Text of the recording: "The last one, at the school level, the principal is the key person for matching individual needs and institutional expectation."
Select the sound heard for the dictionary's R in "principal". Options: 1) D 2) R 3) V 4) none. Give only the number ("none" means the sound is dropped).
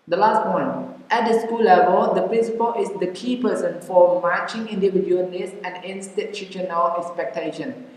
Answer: 2